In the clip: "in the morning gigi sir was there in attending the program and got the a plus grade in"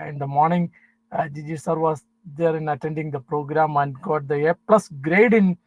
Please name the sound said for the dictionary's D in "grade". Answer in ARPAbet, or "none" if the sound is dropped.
D